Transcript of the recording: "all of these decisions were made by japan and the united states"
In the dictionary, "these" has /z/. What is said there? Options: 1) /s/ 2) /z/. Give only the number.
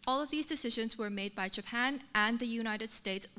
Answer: 2